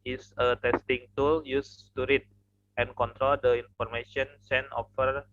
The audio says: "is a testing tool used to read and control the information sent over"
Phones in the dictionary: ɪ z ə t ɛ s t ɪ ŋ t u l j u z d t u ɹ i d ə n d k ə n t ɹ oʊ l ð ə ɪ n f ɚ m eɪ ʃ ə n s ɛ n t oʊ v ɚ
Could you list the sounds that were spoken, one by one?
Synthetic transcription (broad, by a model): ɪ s ə t ɛ s t ɪ ŋ t u l j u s t u ɹ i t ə n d k ə n t ɹ oʊ l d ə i n f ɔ m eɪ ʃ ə n s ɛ n oʊ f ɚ